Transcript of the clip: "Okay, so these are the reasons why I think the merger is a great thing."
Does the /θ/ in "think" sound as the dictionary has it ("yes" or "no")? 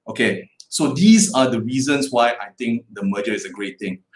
no